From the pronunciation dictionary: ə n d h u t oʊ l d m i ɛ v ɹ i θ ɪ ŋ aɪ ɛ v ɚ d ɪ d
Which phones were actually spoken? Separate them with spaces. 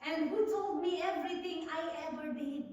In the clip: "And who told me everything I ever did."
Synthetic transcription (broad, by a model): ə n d h u t oʊ l d m i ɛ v ɹ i t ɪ ŋ aɪ ɛ v ɚ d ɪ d